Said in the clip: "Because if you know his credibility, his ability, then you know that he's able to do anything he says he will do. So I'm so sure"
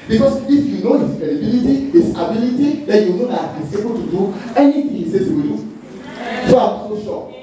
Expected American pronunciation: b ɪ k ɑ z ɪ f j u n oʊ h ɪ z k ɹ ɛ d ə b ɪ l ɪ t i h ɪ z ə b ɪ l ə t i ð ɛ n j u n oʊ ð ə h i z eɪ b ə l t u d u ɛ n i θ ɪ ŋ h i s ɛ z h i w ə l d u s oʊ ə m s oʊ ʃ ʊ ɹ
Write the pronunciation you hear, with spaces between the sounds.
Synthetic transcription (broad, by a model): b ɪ k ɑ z ɪ f j u n oʊ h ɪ s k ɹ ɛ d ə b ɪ l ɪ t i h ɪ s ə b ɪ l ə t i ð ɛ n j u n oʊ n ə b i s eɪ b ə l t u d u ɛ n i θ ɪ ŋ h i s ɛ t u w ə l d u s oʊ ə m s oʊ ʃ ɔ